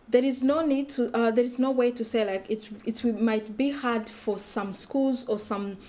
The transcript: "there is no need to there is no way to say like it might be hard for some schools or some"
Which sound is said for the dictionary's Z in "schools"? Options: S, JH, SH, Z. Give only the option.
Z